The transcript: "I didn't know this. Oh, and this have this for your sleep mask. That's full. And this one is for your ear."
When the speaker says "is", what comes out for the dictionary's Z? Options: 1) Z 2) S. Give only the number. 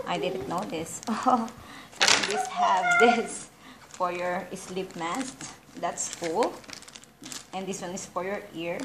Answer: 2